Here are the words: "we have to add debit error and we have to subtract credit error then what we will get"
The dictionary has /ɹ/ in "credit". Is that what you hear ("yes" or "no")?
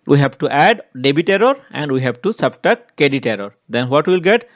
no